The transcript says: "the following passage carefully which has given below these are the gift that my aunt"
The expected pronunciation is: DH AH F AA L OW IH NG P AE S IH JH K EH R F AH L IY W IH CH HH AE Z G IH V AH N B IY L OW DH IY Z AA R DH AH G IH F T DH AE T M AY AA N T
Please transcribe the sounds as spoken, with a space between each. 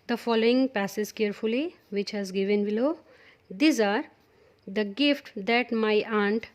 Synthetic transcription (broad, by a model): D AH F AA L OW IH NG P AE S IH Z K EH R F AH L IY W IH CH HH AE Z G IH V AH N B IY L OW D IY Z AA R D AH G IH F T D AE T M AY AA N T